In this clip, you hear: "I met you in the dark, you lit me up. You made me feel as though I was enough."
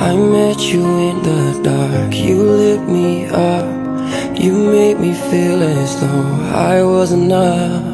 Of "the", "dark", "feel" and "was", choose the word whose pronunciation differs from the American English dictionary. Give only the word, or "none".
none